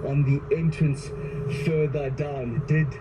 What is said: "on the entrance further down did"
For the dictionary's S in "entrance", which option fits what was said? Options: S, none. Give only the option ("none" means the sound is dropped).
S